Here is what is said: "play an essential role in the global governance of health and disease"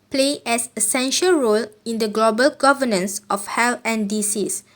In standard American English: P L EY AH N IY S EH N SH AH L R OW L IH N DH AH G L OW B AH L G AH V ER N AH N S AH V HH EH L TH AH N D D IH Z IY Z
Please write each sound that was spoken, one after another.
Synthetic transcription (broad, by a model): P L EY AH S IY S EH N SH AH L R OW L IH N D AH G L OW B AH L G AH V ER N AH N S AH F HH EH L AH N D D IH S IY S